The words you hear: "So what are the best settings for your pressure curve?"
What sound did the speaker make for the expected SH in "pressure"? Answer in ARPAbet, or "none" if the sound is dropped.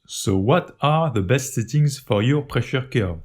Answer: SH